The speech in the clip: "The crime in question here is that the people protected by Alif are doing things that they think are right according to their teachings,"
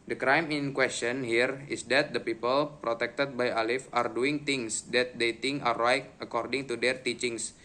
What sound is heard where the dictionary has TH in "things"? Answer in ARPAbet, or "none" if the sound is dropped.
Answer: T